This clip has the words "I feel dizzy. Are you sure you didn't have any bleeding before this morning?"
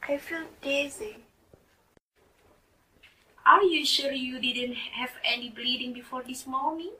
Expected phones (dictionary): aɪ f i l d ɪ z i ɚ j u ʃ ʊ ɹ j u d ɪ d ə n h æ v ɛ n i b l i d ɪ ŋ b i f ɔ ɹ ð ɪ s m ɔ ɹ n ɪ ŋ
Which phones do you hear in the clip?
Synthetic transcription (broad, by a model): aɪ f i l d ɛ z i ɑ j u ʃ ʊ l j u d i d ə n h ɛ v ɛ n i b l i d ɪ ŋ b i f ɔ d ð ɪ s m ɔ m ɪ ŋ